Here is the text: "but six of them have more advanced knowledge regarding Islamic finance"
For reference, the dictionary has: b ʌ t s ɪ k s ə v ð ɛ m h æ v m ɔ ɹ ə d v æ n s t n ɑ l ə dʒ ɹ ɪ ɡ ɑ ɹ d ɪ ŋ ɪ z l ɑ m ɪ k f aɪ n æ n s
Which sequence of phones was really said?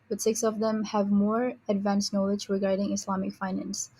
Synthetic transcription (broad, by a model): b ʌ t s ɪ k s ə v ð ɛ m h æ v m ɔ ɹ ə d v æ n s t n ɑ l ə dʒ ɹ ɪ ɡ ɑ ɹ d ɪ ŋ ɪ s l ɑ m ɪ k f aɪ n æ n s